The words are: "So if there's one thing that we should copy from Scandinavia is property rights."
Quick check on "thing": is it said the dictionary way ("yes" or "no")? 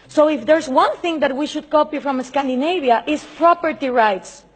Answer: yes